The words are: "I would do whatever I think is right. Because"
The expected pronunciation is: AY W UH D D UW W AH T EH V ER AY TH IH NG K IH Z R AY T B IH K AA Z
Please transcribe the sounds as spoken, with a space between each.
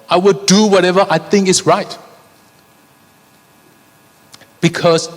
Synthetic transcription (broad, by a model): AY W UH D D UW W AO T EH V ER AY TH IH NG K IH S R AY T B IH K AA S